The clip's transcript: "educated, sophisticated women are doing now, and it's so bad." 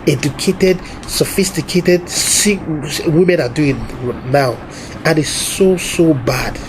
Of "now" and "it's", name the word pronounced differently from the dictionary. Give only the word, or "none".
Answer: it's